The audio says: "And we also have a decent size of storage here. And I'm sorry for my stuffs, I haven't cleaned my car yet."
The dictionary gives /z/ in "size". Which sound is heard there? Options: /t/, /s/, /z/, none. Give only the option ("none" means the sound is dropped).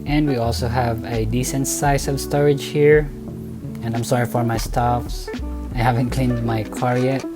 /s/